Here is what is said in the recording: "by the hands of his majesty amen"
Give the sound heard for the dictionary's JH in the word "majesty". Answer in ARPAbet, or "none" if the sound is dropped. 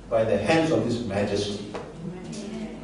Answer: JH